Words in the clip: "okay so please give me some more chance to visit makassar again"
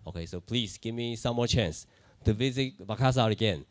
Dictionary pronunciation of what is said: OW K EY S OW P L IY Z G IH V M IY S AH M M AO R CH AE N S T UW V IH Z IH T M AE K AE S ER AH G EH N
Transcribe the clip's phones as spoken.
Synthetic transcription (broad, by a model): OW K EY S OW P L IY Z G IH V M IY S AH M M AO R CH AE N S T UW V IH Z IH T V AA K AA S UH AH G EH N